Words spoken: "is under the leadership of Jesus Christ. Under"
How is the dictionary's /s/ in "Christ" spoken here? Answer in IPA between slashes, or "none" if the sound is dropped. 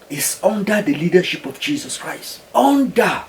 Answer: /s/